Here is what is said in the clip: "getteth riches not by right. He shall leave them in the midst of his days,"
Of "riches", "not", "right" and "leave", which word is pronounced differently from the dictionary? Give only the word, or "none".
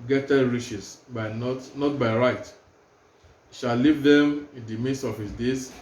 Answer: riches